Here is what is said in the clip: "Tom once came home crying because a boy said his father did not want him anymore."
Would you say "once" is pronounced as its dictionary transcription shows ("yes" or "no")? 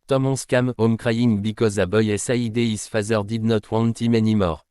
no